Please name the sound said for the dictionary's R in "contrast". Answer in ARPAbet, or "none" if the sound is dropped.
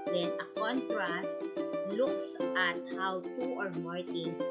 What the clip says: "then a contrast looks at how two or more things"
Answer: R